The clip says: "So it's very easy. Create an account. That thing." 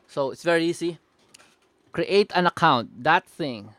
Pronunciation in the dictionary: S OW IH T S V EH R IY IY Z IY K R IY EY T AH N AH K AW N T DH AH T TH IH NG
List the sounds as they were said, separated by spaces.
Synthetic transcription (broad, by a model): S OW IH T S V EH R IY IY S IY K R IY EY T AH N AH K AW N T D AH T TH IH NG